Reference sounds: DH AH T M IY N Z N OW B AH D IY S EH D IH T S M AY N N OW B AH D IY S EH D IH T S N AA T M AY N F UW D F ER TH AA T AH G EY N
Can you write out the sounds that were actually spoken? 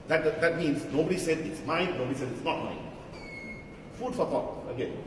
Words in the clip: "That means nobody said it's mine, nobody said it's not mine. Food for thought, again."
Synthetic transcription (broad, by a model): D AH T M IY N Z N OW B AH D IY S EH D IH T S M AY N N OW B AH D IY S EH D IH T S N AA T M AY N F UW D F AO T AA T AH G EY N